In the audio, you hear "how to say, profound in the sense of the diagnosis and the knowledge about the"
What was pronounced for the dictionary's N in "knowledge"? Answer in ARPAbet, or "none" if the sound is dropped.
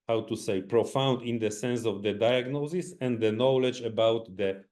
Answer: N